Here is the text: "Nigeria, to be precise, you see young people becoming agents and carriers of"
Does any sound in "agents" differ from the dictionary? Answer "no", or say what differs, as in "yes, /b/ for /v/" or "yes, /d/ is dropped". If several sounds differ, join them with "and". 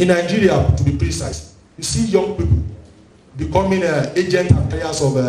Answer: yes, /s/ is dropped